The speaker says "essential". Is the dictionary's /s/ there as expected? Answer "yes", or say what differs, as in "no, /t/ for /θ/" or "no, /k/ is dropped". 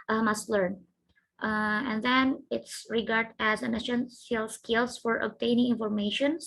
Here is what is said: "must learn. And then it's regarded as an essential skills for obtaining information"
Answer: no, /ʃ/ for /s/